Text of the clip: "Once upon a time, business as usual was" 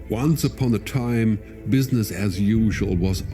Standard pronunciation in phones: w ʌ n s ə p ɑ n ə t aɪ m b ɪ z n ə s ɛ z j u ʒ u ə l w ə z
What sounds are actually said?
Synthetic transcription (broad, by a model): w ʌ n s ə p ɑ n ə t aɪ m b ɪ z n ə s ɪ z j u ʒ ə l w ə z